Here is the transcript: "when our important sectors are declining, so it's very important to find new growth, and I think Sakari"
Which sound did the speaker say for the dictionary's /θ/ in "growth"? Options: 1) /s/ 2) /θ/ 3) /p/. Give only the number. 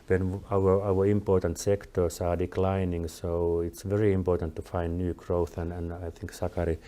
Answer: 2